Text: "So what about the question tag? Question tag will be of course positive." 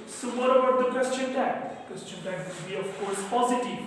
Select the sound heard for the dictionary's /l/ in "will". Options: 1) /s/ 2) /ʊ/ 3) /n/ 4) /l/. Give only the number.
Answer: 3